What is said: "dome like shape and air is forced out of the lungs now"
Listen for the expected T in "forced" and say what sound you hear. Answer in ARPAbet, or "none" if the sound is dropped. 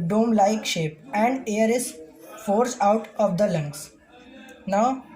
none